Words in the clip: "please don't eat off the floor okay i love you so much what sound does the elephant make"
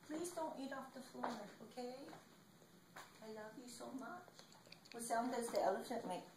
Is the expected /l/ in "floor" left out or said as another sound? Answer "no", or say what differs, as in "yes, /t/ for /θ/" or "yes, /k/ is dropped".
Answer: yes, /l/ is dropped